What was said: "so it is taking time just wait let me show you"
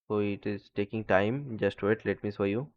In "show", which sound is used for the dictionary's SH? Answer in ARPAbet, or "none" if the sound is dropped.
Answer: S